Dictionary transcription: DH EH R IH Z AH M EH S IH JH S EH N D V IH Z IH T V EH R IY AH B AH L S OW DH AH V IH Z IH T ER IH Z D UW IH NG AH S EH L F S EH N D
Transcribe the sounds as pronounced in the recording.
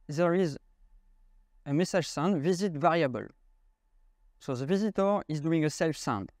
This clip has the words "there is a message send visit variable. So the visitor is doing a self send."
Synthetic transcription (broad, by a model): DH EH R IH Z AH M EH S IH ZH S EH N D V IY Z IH T V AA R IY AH B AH L S OW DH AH V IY Z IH T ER IH Z D UW IH NG AH S EH L F S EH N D